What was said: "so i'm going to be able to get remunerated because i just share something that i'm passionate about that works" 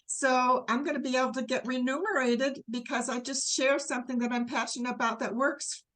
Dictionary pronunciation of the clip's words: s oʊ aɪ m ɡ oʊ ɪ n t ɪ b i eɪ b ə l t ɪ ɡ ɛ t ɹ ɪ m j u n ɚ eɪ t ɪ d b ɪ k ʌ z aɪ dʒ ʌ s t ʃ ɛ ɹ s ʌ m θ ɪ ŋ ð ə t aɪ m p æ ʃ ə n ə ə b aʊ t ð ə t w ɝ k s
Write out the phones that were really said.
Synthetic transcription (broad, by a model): s oʊ aɪ m ɡ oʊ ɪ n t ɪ b i eɪ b l t ɪ ɡ ɛ t ɹ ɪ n u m ɚ eɪ t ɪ d b ɪ k ʌ z aɪ dʒ ʌ s t ʃ ɛ ɹ s ʌ m θ ɪ ŋ ð ə t aɪ m p æ ʃ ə n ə ə b aʊ t ð ə t w ɝ k s